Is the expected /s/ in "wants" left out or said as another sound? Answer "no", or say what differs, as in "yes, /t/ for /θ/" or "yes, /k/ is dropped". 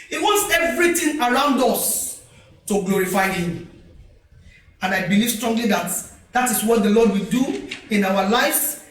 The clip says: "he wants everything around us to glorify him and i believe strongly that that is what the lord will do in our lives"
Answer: no